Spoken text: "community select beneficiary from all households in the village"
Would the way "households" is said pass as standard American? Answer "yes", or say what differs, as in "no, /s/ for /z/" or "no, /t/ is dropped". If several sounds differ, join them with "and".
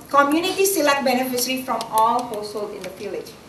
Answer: no, /z/ is dropped